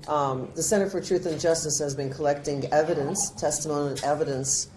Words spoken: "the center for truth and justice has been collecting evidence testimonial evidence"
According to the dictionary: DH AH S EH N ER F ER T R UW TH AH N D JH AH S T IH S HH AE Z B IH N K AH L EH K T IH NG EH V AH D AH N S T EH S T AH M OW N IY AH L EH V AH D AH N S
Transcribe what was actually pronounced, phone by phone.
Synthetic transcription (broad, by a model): DH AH S EH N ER F ER T R UW TH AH N JH AH S T IH S HH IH Z B IH N K AH L EH K T IH NG EH V AH D AH N S T EH S T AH M OW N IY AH N EH V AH D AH N S